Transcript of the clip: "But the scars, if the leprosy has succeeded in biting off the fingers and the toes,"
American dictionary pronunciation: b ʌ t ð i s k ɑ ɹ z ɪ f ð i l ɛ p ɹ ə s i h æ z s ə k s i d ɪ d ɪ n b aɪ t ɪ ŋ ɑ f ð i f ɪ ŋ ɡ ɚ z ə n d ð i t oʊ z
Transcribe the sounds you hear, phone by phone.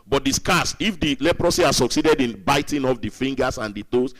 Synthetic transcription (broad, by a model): b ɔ t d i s k ɑ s ɪ f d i l ɛ p ɹ ə s i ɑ s ə k s i d ɪ d ɪ n b aɪ t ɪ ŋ ɑ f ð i f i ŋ ɡ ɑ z ə n d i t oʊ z